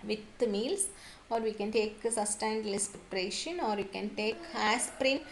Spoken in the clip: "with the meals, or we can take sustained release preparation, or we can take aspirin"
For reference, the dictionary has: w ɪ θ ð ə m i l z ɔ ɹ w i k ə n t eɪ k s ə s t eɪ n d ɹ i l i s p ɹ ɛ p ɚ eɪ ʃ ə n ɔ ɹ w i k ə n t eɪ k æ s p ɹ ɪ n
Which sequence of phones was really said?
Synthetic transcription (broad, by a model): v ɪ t m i l s ɔ ɹ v i k ə n t eɪ k s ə s t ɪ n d l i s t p ɹ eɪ ʃ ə n ɔ ɹ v i k ə n t eɪ k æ s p ɹ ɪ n